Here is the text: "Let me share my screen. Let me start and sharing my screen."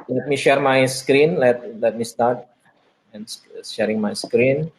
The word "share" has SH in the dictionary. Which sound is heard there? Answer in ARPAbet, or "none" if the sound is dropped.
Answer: SH